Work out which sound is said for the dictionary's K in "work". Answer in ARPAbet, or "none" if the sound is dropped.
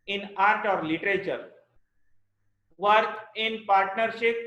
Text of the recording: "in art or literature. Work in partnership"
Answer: none